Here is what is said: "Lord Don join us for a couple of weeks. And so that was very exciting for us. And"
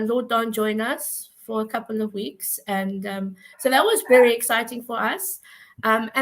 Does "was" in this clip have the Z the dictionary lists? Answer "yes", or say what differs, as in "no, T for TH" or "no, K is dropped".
yes